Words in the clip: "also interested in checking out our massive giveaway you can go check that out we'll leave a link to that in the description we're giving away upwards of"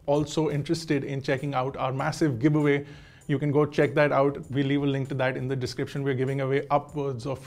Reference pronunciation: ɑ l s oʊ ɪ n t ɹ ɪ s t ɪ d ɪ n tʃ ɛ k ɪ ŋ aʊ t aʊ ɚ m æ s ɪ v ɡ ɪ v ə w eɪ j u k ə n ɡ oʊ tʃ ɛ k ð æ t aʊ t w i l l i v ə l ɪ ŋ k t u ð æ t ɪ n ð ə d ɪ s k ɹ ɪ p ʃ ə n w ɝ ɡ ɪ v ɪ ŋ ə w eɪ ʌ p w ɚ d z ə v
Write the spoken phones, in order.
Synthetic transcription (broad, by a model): ɑ l s oʊ ɪ n t ɹ ɪ s t ɪ d ɪ n tʃ ɛ k ɪ ŋ aʊ t aʊ ɚ m æ s ɪ v ɡ ɪ b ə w eɪ j u k ə n ɡ oʊ tʃ ɛ k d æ t aʊ t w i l l i v ə l ɪ ŋ k t u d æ t ɪ n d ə d ɪ s k ɹ ɪ p ʃ ə n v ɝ ɡ ɪ v ɪ ŋ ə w eɪ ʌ p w ɚ d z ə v